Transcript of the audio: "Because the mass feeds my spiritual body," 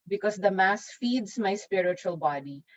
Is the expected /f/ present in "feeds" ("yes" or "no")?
yes